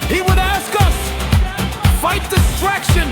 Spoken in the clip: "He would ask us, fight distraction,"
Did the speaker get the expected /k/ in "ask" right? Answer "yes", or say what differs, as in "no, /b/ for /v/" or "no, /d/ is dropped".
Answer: yes